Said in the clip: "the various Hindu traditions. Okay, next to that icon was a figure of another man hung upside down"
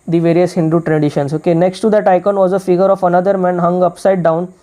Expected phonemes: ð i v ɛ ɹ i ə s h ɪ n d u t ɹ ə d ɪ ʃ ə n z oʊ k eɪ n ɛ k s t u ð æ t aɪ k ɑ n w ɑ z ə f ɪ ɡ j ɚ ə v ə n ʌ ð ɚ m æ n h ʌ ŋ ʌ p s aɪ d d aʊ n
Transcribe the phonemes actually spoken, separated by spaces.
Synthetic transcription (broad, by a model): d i v ɛ ɹ i ə s h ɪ n d u t ɹ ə d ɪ ʃ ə n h oʊ k eɪ n ɛ k s t u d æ t aɪ k ɑ n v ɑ z ə f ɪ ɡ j ɚ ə f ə n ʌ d ɚ m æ n h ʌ ŋ ʌ p s aɪ d d aʊ n